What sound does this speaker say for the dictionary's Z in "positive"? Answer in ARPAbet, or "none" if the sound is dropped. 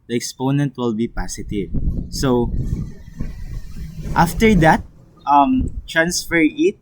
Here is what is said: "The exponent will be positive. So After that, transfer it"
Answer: S